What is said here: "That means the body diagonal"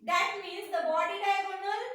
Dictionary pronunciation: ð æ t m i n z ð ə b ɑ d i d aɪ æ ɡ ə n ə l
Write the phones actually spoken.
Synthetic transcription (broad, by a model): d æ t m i z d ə b ɑ d i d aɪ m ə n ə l